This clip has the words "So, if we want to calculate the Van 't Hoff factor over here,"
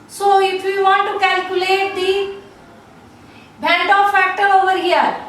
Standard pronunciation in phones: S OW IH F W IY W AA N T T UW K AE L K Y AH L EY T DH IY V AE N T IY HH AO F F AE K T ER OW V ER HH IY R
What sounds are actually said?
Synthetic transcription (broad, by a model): S OW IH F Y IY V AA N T T UW K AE L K Y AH L EY T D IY B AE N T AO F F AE K T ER OW V ER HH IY R